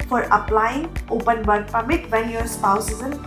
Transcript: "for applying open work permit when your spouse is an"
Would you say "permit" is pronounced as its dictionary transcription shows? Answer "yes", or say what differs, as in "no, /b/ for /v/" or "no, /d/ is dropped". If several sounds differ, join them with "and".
yes